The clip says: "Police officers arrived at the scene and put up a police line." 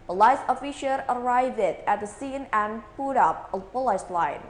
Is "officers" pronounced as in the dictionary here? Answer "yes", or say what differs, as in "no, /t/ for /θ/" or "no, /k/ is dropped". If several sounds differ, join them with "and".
no, /ʃ/ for /s/ and /z/ is dropped